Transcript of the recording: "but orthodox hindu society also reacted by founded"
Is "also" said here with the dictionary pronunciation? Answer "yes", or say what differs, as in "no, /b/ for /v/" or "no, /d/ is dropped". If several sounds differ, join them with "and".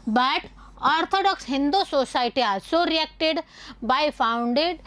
no, /l/ is dropped